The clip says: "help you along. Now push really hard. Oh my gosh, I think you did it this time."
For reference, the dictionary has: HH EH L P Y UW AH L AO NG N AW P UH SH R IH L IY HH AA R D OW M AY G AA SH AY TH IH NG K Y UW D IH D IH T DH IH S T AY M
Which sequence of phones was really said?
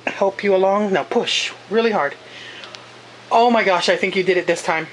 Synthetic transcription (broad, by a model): HH EH L P Y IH AH L AO NG N AW P UH SH R IH L IY HH AA R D OW M AY G AA SH AY TH IH NG K Y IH D IH D IH T DH IH S T AY M